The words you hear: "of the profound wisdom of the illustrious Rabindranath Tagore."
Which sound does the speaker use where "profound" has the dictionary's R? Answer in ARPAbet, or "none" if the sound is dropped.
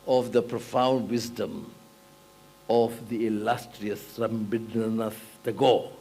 R